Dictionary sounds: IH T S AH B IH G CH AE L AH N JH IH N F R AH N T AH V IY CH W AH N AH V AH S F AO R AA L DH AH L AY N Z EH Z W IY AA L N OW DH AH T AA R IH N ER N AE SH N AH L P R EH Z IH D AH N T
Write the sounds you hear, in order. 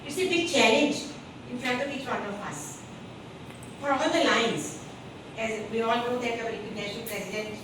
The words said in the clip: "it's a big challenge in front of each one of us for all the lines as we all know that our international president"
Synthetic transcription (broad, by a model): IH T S AH B IH G CH AE L AH N JH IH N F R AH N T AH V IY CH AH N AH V AH S F AO R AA L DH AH L AY N Z EH Z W IY AA L N OW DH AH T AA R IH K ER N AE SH AH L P R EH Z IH D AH N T